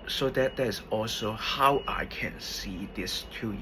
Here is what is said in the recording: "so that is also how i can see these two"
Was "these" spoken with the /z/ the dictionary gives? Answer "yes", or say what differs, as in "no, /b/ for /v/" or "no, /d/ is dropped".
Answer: no, /s/ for /z/